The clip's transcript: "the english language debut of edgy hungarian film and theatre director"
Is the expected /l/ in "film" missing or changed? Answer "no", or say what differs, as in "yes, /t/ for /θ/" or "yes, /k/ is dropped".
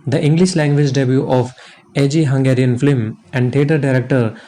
yes, /l/ is dropped